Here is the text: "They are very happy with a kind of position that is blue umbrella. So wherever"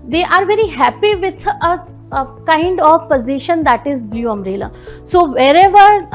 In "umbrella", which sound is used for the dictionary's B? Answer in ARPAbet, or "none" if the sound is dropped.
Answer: none